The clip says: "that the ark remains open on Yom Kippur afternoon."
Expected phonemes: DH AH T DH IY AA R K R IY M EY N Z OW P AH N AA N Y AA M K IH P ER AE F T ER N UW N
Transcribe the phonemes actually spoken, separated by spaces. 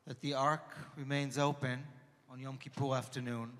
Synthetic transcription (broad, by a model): DH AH T DH IY AA R K R IY M EY N Z OW P AH N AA N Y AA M K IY P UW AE F T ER N UW N